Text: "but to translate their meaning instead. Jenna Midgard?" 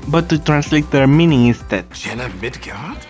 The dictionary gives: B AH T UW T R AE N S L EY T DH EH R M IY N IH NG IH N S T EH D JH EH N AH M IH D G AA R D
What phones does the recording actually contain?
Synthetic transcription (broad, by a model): B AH T UW T R AE N S L EY T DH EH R M IY N IH NG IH S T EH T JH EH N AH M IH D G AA